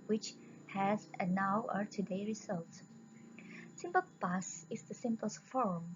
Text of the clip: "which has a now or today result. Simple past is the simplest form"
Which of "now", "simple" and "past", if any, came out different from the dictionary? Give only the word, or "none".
past